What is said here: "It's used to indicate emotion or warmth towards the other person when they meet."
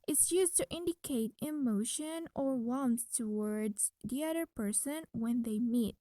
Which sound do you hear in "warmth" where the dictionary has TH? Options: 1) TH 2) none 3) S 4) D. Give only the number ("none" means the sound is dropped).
3